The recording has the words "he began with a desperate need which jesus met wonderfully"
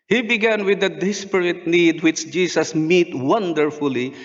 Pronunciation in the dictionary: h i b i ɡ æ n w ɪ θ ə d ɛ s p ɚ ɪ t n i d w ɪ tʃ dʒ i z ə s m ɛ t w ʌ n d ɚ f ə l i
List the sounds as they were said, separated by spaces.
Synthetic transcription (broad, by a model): h i b i ɡ æ n w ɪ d ə d ɛ s p ɚ ɪ t n i d w ɪ tʃ dʒ i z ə s m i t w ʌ n d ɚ f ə l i